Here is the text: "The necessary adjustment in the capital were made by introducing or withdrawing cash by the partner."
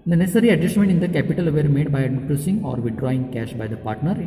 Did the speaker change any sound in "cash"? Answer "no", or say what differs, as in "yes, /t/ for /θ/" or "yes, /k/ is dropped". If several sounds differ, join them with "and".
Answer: no